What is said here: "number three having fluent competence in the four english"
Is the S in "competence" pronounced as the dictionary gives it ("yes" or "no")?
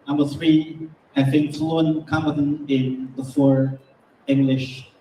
no